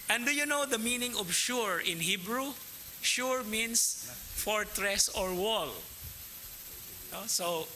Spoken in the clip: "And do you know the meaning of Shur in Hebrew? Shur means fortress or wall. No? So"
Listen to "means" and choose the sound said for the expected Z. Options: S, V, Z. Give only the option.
S